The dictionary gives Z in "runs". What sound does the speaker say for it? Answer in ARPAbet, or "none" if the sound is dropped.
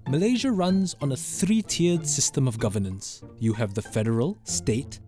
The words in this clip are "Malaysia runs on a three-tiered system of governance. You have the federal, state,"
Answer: Z